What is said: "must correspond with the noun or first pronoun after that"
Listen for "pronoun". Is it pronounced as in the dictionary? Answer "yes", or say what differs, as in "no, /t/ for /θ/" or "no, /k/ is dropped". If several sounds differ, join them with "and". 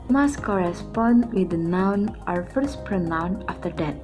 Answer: yes